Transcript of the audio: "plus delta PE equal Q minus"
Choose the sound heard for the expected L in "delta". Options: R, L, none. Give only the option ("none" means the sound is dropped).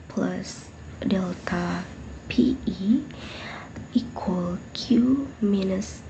L